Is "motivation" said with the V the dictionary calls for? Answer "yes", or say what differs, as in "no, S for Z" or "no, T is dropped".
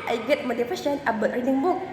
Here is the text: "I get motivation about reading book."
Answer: no, F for V